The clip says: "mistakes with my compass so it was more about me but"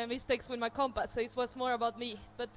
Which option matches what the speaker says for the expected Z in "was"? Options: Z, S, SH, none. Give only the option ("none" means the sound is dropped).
S